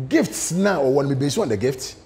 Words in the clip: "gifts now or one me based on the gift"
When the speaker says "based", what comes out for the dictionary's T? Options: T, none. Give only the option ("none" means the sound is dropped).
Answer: none